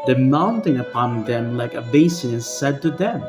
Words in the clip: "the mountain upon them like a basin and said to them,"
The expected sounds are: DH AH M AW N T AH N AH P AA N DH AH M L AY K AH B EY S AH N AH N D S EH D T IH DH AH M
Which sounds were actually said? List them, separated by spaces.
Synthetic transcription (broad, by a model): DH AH M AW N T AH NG AH P AA N DH AH M L AY K AH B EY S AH AH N S EH D T IH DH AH M